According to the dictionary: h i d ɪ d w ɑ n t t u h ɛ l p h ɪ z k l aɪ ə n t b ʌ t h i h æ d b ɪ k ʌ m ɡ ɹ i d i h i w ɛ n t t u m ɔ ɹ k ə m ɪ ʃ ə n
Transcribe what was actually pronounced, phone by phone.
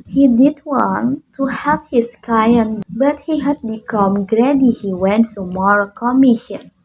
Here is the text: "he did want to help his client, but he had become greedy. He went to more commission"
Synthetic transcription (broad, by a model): h i d ɪ d w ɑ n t t u h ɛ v h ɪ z k aɪ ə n b ʌ t h i h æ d b ɪ k ʌ m ɡ ɹ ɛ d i h i w ɛ n t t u m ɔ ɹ k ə m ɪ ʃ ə n